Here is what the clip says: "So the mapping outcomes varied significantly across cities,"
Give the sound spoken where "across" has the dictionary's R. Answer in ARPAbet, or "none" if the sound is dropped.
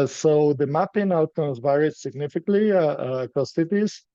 none